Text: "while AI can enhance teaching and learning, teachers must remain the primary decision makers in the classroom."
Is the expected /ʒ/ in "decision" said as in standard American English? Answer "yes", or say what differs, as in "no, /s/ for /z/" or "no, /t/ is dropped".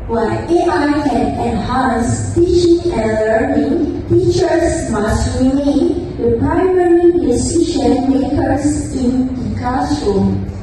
no, /ʃ/ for /ʒ/